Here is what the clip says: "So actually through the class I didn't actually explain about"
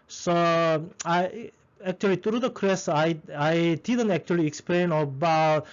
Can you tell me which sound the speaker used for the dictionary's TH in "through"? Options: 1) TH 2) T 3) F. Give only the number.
2